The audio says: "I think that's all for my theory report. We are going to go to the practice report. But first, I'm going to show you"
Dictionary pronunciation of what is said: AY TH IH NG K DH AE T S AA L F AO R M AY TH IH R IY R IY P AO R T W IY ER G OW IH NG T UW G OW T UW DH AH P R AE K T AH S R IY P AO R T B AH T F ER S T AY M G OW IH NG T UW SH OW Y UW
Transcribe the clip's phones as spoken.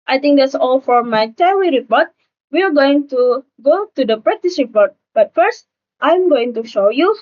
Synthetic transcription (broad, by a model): AY T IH NG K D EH T S AA L F AO R M AY T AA W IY R IY P AO R T W IY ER G OW IH NG T UW G OW T UW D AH P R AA T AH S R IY P AO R T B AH T F ER S T AY M G OW IH NG T UW SH OW Y UW